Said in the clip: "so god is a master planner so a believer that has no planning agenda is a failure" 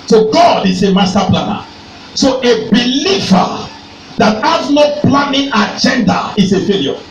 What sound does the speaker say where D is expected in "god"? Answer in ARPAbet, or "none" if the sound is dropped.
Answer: D